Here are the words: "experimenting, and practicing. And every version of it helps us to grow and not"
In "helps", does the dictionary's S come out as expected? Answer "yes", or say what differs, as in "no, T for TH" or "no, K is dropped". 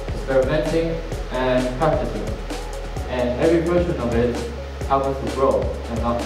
no, S is dropped